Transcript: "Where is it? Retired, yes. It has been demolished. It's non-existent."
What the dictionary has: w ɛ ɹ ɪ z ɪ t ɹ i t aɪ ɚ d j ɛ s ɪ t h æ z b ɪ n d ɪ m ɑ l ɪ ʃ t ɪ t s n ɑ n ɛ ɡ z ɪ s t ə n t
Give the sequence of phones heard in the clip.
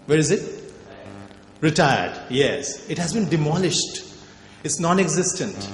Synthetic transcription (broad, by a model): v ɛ ɹ ɪ z ɪ t ɹ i t aɪ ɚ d j ɛ s ɪ t h æ z b ɪ n d ɪ m ɑ l ɪ ʃ t ɪ t s n ɑ n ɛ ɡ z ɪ s t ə n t